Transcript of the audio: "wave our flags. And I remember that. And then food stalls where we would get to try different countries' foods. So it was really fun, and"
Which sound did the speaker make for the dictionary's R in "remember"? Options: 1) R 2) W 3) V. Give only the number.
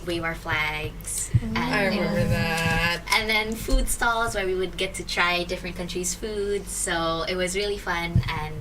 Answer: 2